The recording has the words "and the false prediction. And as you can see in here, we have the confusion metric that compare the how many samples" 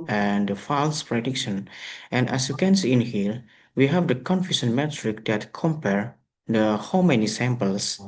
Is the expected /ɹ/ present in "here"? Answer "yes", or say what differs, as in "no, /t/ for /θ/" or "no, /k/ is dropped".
no, /l/ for /ɹ/